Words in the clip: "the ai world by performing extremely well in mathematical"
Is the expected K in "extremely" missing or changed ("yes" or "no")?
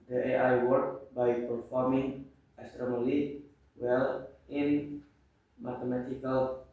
yes